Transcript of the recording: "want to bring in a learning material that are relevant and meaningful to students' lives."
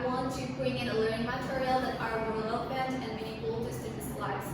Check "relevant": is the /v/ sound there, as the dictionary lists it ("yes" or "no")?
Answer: no